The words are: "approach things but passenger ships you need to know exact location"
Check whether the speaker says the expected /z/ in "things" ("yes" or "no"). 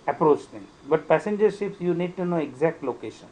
no